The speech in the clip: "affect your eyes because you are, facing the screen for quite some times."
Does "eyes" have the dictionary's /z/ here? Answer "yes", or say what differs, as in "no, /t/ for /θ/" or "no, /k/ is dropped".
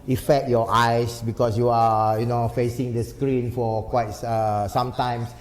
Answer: no, /s/ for /z/